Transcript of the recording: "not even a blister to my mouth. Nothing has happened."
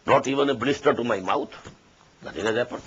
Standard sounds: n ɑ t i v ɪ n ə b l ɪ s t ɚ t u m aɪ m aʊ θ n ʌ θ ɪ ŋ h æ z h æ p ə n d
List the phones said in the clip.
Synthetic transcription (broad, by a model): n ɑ t i v ɪ n ə b l ɪ s t ɚ t u m aɪ m aʊ t n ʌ t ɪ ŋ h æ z h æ p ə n